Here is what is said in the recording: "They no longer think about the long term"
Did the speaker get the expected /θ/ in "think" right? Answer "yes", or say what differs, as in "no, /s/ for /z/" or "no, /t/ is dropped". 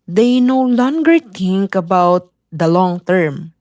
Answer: no, /t/ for /θ/